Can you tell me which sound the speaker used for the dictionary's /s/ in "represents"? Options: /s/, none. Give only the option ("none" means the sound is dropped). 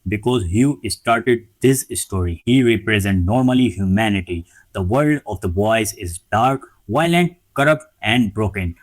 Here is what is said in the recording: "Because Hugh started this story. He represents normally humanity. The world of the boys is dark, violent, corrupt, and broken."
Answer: none